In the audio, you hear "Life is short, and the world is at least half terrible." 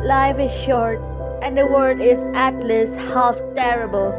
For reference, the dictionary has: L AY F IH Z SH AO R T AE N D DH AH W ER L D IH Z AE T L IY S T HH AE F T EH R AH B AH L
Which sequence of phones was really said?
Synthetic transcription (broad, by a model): L AY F IH Z SH AO R T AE N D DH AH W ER D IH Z AE T L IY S HH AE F T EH R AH B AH L